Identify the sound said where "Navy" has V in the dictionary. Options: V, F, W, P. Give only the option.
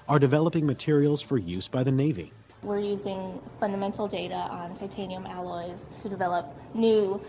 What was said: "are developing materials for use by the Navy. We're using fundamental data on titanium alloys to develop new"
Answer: V